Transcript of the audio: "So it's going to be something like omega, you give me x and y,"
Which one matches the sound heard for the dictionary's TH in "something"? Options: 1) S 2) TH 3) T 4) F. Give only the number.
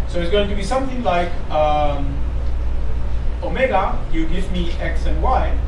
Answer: 2